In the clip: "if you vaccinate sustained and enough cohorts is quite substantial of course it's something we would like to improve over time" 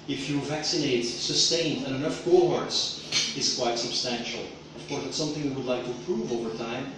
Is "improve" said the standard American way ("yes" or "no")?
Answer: no